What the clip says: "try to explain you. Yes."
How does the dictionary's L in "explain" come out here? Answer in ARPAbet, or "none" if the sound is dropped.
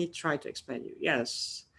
none